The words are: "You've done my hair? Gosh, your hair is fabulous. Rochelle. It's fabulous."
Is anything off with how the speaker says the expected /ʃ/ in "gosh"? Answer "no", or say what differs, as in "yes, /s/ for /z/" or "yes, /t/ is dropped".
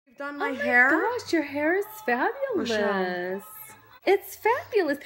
yes, /s/ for /ʃ/